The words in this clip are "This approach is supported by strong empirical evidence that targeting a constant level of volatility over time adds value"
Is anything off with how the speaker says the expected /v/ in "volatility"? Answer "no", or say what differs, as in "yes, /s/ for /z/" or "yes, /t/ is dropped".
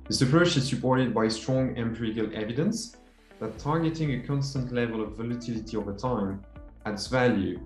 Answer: no